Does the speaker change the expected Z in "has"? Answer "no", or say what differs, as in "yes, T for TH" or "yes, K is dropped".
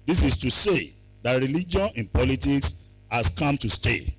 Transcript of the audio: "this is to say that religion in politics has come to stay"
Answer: yes, S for Z